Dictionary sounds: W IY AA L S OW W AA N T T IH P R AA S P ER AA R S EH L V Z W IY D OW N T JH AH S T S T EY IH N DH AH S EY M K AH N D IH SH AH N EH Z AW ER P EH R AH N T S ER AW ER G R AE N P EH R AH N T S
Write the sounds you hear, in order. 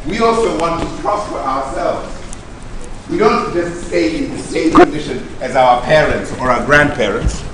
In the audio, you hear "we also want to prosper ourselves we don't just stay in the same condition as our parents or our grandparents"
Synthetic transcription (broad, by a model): W IY AA L S OW W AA N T T IH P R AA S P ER AA R S EH L V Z W IY D OW N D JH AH S T S T EY IH N DH AH S EY M K AH N D IH SH AH N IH Z AW ER P EH R AH N T S ER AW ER G R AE N P EH R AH N T S